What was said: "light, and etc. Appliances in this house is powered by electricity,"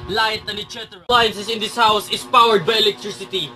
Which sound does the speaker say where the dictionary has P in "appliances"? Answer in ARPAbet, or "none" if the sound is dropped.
none